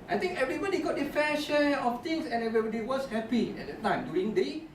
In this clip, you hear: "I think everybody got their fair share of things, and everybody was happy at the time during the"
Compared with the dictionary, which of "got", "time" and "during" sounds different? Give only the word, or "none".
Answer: during